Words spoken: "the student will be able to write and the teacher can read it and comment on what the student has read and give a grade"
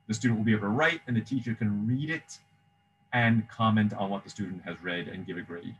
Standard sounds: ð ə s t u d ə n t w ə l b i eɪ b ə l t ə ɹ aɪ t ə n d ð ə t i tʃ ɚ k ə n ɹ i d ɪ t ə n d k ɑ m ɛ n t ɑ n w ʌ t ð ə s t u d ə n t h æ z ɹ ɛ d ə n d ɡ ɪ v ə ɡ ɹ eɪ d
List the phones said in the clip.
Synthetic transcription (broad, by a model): ð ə s t u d n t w l b i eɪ ə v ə ɹ aɪ t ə n ð ə t i tʃ ɚ k ə n ɹ i d ɪ t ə n k ɑ m ɛ n t n w ʌ t ð ə s t u d n t h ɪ z ɹ ɛ d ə n ɡ ɪ v ə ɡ ɹ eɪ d